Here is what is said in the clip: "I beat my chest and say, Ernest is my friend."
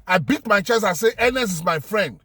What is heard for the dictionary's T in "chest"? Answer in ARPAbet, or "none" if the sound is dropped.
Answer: none